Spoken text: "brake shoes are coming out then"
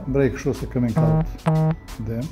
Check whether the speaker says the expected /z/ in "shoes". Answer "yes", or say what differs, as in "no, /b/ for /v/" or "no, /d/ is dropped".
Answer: no, /s/ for /z/